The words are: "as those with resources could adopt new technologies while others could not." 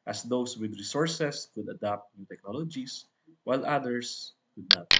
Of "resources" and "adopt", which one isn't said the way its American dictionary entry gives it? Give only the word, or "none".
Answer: resources